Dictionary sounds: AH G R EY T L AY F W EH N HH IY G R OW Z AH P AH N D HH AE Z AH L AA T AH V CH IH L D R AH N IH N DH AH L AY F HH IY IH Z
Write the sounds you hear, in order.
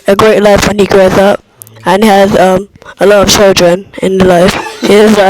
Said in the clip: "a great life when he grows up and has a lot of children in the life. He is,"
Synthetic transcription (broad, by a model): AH G R EY T L AY F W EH N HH IY G R OW Z AH P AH N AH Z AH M AH L AA T AH V CH IH L D R AH N IH N DH AH L AY F HH IY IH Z